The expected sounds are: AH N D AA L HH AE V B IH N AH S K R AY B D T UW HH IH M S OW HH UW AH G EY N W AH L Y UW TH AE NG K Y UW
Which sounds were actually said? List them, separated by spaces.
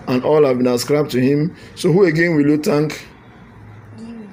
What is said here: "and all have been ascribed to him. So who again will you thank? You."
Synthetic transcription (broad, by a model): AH N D AA L HH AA V B IH N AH S K R AY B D T UW HH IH M S OW HH UW AH G EY N W AH L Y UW T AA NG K